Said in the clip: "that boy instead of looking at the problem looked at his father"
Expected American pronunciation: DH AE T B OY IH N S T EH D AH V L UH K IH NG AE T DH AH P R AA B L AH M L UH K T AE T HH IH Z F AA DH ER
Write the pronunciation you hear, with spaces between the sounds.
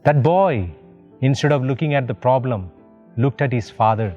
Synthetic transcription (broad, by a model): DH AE T B OY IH N S T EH D AH V L UH K IH NG AE T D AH P R AA B L AH M L UH K T AE T HH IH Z F AA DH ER